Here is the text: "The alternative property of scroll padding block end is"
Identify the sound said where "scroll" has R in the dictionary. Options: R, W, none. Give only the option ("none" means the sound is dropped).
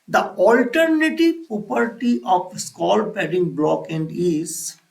none